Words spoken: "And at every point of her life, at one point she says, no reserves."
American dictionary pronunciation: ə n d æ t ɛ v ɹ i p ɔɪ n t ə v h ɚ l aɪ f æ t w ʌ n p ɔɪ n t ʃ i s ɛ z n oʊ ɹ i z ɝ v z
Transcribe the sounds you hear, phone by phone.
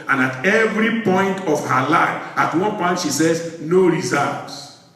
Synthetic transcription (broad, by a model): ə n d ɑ t ɛ v ɹ i p ɔɪ n t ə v h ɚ l aɪ f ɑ t w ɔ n p ɔɪ n t ʃ i s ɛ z n oʊ ɹ i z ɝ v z